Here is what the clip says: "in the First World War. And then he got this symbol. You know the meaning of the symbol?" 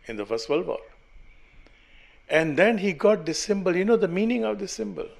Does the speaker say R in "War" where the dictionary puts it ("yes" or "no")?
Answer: no